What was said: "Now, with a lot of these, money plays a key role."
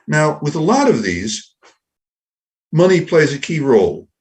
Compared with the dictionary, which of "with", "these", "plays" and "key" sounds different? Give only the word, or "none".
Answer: none